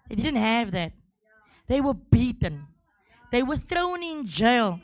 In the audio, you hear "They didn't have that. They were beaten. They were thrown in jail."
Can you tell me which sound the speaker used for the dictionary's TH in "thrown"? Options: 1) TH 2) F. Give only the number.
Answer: 1